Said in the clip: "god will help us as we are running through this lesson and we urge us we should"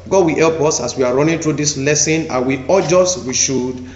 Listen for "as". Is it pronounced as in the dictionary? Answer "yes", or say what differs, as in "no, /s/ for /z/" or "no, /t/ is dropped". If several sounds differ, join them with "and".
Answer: no, /s/ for /z/